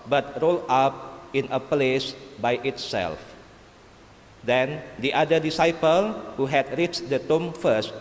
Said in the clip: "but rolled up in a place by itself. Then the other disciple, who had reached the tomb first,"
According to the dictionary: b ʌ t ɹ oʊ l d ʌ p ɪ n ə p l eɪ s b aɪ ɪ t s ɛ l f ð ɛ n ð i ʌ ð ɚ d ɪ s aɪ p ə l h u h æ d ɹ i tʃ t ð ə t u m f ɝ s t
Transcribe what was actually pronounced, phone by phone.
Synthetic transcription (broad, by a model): b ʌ t ɹ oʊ l ɑ p ɪ n ə p l eɪ s b aɪ ɪ t s ɛ l f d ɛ n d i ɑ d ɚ d ɪ s aɪ p ə l h u h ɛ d ɹ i tʃ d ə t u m f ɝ s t